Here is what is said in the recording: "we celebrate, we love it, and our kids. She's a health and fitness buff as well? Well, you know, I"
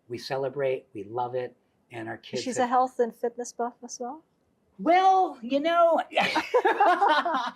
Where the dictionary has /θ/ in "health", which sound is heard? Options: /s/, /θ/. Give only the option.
/θ/